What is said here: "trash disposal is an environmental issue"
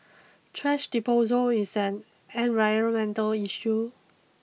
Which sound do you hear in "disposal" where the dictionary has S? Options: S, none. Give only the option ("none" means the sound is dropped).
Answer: none